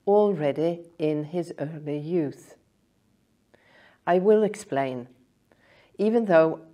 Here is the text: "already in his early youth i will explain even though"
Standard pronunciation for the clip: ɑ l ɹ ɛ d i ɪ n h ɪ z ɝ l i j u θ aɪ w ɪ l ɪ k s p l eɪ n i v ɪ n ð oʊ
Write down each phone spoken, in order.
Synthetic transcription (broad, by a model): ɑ l ɹ ɛ d i ɪ n ɪ z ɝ l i j u θ aɪ w ɪ l ɪ k s p l eɪ n i v ɪ n ð oʊ